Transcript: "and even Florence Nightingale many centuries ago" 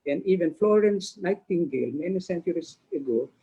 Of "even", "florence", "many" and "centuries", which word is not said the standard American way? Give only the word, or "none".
centuries